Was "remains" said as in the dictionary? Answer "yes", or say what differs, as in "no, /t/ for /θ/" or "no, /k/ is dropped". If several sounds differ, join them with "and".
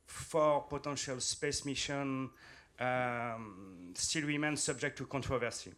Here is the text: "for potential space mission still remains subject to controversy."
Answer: no, /w/ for /ɹ/